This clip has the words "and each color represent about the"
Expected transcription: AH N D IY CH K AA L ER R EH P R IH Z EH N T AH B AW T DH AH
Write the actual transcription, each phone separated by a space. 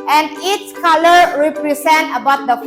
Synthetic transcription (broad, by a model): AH N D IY S K AA L ER R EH P R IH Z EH N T AH B AW T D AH